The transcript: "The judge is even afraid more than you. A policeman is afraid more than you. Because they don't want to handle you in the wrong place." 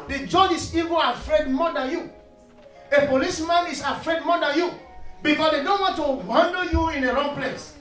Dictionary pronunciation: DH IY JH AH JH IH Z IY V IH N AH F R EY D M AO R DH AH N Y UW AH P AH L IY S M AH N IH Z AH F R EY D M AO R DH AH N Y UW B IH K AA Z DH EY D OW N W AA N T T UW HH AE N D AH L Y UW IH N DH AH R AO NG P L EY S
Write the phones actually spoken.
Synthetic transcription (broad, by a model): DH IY JH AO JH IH S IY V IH AH F R EY D M AO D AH N Y UW AH P AH L IY S M AH N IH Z AH F R EY D M AO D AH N Y UW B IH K AA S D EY D OW N W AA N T T UW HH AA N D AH Y UW IH N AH R AO NG P L EY S